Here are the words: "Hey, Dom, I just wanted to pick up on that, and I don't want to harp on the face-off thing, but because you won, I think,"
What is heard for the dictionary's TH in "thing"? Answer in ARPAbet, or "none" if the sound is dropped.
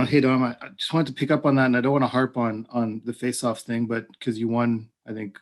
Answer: TH